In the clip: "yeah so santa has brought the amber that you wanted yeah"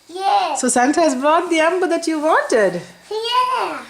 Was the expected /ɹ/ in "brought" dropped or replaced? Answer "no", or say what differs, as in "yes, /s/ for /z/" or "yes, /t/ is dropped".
no